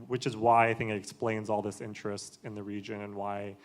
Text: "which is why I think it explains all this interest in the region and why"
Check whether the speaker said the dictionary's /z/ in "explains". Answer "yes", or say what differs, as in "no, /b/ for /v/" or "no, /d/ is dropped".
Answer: yes